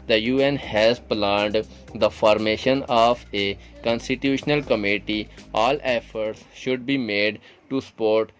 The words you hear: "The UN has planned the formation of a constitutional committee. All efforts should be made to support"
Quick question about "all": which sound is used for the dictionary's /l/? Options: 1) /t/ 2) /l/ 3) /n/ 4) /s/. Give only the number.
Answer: 2